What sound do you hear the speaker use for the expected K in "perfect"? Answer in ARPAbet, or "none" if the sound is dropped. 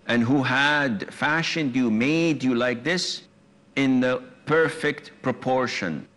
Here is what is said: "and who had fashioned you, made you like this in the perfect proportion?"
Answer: K